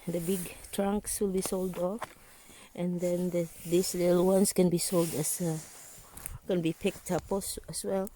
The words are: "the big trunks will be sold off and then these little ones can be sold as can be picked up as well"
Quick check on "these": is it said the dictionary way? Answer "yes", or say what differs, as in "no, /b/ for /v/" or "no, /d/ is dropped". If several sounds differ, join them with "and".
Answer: no, /s/ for /z/